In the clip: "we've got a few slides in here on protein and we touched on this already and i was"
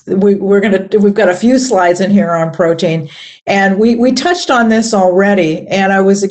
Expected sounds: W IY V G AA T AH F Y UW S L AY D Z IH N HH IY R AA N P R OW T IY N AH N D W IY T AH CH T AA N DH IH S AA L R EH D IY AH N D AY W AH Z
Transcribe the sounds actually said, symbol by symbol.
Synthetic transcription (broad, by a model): W IY V G AA T AH F Y UW S L AY D Z IH N HH IY R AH N P R OW T IY N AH N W W IY T AH CH T N DH IH S L R EH D IY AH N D AY W AH Z